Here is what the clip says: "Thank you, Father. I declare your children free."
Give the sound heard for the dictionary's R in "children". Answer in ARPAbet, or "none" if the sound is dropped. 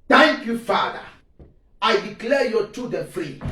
none